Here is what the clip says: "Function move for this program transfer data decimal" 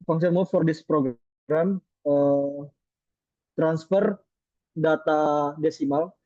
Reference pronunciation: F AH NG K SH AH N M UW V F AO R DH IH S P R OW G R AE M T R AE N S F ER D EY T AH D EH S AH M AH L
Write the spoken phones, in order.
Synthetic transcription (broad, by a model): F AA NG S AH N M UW F F AO R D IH S P R OW G R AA M T R AE N S F ER D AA T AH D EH S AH M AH L